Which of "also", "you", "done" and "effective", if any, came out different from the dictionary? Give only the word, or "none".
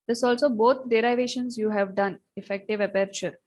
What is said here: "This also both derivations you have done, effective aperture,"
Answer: none